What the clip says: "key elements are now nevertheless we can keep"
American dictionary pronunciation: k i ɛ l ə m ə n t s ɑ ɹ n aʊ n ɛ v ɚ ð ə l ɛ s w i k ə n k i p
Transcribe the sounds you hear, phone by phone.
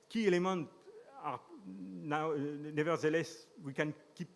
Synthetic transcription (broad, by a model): k i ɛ l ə m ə n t ɑ ɹ n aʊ n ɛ v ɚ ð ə l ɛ s w i k ə n k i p